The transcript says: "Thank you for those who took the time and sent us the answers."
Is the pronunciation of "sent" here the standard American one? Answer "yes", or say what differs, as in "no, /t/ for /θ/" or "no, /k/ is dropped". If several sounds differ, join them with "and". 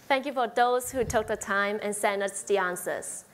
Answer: no, /t/ is dropped